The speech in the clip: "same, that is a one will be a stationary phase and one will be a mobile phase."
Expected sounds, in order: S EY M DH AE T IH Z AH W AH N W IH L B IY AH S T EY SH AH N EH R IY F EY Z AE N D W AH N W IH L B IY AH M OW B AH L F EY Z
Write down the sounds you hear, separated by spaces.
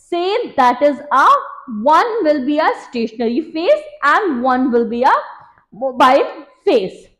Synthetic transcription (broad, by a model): S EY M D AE T IH Z AH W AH N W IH L B IY AH S T EY SH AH N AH R IY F EY S AE N D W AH N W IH L B IY AH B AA AH N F EY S